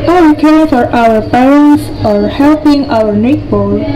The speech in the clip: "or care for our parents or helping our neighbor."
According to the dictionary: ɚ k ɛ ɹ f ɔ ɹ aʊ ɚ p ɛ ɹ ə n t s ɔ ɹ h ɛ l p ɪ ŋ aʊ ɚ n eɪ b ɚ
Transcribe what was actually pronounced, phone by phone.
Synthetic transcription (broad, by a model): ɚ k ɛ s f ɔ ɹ aʊ ɚ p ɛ ɹ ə n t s ɔ ɹ h ɛ l p ɪ ŋ aʊ ɚ n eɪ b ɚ